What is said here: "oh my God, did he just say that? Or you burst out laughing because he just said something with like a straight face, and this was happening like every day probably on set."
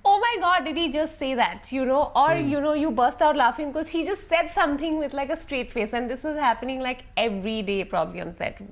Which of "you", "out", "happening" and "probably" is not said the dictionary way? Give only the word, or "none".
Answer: none